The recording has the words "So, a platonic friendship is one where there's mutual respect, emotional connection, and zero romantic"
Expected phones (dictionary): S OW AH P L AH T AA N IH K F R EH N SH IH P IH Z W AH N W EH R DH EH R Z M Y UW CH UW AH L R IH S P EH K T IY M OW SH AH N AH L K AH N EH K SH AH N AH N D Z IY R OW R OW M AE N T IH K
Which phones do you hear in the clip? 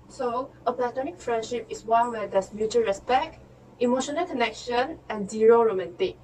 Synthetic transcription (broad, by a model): S OW AH P L AH T AA N IH K F R EH N SH IH P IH S W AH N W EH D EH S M Y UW CH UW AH R IH S P EH K T IY M OW SH AH N AH L K AH N EH K SH AH N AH N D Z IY R OW R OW M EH N T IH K